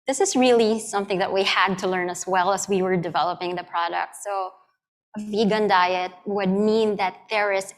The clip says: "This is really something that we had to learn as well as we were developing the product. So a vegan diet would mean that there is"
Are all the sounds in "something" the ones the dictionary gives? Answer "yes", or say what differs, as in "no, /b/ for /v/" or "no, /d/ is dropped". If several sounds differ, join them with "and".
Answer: yes